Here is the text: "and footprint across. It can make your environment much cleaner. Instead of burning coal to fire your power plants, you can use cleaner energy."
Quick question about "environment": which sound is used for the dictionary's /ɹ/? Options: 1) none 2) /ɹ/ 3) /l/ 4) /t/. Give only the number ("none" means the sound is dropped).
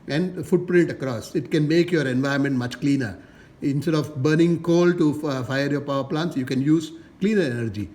1